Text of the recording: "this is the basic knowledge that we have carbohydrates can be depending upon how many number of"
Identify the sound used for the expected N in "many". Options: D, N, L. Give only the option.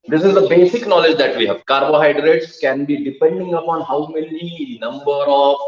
L